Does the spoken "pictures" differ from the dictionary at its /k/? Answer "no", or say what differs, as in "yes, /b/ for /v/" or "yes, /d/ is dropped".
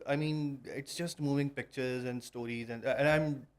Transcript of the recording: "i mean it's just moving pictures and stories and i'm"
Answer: no